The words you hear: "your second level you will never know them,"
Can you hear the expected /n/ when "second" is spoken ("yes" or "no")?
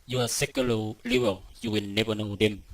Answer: no